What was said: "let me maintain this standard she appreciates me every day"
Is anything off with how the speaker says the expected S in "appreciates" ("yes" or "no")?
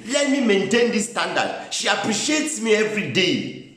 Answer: no